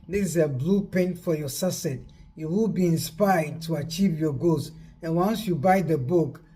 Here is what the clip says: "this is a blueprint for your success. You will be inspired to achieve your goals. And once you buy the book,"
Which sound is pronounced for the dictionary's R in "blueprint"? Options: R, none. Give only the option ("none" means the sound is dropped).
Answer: none